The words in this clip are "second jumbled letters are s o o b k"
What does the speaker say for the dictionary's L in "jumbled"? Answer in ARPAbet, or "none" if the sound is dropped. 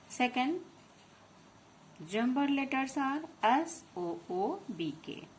none